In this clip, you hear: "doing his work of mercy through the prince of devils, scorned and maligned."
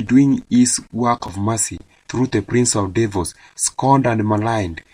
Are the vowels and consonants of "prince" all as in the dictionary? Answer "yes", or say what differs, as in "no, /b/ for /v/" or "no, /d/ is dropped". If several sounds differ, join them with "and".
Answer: yes